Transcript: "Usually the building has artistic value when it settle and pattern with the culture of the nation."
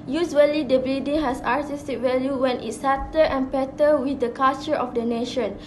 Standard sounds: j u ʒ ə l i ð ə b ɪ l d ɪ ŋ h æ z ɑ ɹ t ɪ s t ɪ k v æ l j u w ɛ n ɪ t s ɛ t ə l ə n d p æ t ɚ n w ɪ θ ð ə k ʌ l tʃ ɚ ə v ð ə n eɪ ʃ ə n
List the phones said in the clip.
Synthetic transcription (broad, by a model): j u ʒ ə l i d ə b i d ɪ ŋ h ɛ s ɑ ɹ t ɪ s t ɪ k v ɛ l j u w ɛ n ɪ t s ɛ t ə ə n p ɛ t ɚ w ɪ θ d ə k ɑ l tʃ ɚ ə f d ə n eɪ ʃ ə n